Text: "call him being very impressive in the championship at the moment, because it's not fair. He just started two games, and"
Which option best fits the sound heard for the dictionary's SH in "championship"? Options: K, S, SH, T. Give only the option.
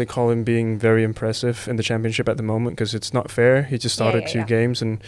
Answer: SH